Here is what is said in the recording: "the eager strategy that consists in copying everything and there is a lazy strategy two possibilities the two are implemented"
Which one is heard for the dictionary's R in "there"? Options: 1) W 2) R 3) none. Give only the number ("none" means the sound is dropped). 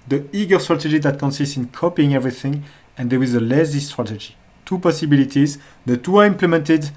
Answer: 1